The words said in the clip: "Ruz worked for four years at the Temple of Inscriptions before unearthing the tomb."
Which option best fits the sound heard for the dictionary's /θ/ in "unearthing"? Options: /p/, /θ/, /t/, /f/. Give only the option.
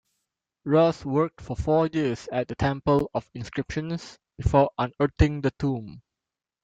/t/